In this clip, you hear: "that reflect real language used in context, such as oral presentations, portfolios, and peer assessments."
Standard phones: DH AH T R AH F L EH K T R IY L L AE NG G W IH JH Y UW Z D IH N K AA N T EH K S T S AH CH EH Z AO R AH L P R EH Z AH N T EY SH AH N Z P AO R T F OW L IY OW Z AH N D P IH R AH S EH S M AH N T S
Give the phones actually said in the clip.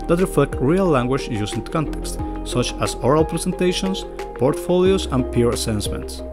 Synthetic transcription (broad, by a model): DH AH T R AH F L EH K T R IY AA L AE NG G W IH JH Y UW S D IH K AA N T EH K S T S AH CH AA S AO R AH L P R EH S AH N T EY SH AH N S P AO R T F OW L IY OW S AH N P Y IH R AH S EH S M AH N T S